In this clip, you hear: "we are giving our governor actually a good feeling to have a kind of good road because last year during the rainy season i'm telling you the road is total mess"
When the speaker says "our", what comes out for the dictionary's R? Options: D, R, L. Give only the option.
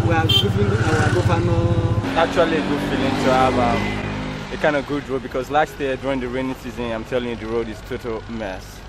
L